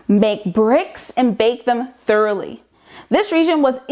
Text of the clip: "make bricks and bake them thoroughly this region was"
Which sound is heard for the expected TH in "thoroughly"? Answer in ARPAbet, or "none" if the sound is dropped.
TH